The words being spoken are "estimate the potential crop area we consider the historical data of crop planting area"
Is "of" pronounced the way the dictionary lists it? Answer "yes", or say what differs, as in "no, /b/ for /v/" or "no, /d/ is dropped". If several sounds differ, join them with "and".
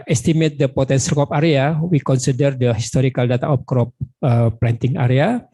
no, /p/ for /v/